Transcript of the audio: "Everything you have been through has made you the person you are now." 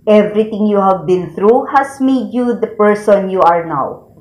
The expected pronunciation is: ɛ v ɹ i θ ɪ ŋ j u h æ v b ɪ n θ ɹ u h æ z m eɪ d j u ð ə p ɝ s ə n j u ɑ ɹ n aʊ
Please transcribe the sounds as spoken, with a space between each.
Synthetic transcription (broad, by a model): ɛ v ɹ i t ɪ ŋ j u h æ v b ɪ n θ ɹ u h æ s m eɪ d j u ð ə p ɝ s ə n j u ɑ ɹ n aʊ